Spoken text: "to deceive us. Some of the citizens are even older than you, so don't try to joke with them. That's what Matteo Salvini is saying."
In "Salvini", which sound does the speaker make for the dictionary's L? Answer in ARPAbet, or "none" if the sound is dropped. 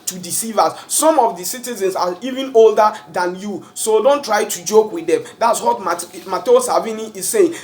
none